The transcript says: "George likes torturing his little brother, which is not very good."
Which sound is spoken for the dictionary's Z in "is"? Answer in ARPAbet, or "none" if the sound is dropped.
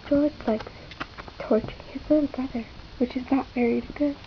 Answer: Z